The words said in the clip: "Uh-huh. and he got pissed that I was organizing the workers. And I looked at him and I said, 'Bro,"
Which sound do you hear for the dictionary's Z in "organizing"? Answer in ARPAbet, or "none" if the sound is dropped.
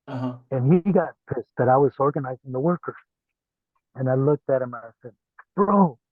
Z